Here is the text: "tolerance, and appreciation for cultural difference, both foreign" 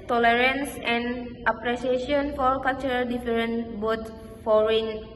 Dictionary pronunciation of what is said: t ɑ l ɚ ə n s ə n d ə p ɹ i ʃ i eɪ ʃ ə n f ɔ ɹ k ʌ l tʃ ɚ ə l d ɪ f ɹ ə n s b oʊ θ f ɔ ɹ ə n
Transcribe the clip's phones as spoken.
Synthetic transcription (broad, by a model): t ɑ l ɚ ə n s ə n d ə p ɹ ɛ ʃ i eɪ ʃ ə n f ɔ ɹ k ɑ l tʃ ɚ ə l d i f ɹ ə n b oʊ t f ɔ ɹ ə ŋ